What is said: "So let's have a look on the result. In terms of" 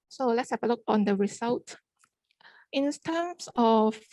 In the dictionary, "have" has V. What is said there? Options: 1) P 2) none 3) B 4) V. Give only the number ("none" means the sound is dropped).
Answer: 1